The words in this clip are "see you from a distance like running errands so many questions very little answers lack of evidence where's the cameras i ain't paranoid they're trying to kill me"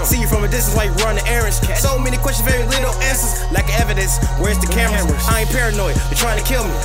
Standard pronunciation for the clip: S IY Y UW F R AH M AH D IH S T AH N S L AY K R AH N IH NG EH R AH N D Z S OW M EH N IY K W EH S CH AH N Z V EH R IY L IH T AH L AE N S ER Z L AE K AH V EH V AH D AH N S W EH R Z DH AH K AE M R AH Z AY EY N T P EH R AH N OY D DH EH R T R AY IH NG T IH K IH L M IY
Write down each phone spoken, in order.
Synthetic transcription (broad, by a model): S IY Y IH F R AH M AH D IH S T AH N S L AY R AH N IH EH R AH N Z S OW M EH N IY K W EH S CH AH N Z V EH R IY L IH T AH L AE N S ER Z L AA AH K EH V AH D AH N S W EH R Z DH AH K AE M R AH IH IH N P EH R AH N OY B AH T R AY IH NG T IH K IH L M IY